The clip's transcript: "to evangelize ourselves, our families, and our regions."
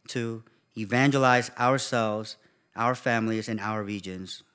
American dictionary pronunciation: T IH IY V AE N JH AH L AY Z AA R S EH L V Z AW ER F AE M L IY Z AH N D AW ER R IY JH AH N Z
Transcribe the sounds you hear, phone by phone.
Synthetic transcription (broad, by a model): T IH IY V AE N JH AH L AY Z AA R S EH L V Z AW ER F AE M L IY Z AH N AW ER R IY JH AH N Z